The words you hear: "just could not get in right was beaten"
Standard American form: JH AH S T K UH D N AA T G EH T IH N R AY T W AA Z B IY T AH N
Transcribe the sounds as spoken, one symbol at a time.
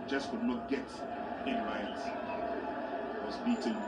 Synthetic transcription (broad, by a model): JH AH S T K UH D N AA T G EH T IH N L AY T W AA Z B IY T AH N